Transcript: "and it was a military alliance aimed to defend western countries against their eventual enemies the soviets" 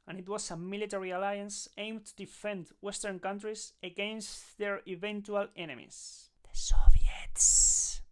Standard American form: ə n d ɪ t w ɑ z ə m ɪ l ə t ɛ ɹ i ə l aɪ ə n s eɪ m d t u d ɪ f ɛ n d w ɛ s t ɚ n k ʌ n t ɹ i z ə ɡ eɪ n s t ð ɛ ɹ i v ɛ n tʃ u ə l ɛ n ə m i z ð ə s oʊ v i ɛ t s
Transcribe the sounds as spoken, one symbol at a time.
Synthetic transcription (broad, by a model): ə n ɪ t w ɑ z ə m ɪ l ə t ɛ ɹ i ə l aɪ ə n s eɪ m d t u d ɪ f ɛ n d w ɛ s t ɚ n k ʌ n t ɹ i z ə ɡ eɪ n s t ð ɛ ɹ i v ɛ n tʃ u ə l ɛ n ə m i s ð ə s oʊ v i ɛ t s